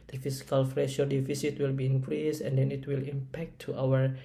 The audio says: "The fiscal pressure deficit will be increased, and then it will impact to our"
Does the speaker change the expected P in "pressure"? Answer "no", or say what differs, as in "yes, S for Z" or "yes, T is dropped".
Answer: yes, F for P